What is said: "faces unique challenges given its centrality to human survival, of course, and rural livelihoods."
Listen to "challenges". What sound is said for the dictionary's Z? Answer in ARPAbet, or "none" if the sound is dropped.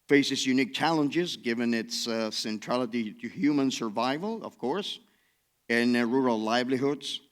Z